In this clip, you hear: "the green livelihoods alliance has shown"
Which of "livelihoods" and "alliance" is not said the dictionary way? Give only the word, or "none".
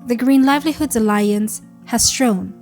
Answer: none